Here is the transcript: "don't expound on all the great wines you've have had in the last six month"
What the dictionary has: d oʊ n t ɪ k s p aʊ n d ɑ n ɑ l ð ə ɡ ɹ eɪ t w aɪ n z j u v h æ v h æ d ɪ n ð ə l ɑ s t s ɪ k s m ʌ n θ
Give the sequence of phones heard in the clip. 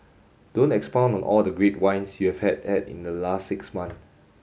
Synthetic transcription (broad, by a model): d oʊ n t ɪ k s p aʊ n ɑ n ɑ l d ə ɡ ɹ eɪ t w aɪ n s j u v h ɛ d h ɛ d ɪ n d ə l ɑ s t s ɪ k s m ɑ n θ